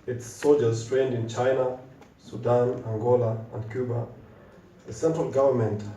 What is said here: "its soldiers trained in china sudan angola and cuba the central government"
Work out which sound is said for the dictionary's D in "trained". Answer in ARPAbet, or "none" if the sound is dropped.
D